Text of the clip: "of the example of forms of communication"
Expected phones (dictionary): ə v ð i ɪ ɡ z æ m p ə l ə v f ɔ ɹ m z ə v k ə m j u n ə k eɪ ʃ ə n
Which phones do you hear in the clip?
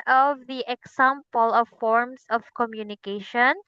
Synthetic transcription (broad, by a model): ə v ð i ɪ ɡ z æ m p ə l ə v f ɔ ɹ m s ə v k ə m j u n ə k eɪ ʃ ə n